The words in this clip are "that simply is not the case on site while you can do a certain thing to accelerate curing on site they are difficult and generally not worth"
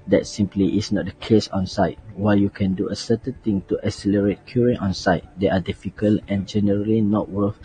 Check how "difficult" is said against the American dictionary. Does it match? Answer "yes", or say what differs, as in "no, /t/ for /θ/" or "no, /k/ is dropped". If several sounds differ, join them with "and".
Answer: no, /t/ is dropped